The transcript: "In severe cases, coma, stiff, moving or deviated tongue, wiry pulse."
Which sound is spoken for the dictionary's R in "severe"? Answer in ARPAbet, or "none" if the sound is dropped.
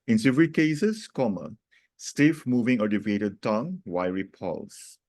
L